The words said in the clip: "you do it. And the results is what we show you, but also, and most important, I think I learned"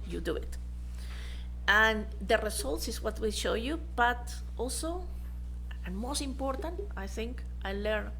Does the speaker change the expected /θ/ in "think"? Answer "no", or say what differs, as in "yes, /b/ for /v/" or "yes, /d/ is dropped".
no